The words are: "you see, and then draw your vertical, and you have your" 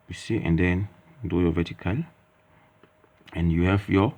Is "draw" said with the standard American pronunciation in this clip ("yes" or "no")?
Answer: no